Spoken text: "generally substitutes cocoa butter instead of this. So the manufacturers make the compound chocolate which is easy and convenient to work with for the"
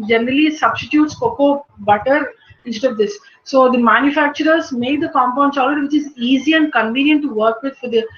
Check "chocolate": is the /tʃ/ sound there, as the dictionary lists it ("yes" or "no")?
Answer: no